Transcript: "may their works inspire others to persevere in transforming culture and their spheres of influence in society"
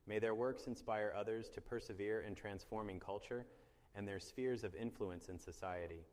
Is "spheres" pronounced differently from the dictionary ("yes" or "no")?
no